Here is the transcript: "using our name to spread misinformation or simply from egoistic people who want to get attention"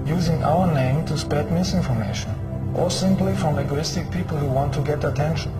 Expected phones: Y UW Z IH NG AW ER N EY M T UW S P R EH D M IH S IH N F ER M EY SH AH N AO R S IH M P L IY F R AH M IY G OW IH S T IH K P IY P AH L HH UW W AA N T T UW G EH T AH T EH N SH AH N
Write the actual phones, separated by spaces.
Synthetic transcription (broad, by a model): Y UW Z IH NG AW ER N EY M T UW S P EH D M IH S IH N F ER M EY SH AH N AO R S IH M P L IY F R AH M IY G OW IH S T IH K P IY P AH L HH UW W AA N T T UW G EH T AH T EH N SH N